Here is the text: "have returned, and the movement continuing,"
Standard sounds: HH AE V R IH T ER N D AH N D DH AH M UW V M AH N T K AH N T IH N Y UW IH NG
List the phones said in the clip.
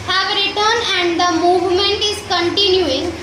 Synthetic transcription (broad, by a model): HH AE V R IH T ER N AH N D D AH M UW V M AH N T K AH N T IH N Y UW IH NG